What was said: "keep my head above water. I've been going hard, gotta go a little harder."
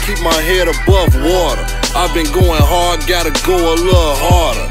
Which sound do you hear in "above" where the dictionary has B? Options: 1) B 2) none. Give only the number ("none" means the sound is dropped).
1